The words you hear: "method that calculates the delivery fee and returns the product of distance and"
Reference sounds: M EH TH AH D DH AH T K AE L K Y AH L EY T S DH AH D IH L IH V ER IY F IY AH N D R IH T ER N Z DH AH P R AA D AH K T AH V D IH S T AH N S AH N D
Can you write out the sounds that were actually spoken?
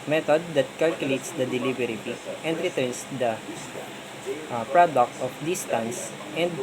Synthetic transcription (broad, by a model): M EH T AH D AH T K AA L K Y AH L EY T S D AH D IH L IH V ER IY P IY AH N D R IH T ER N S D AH P R AA D AH K T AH F D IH S T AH N S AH N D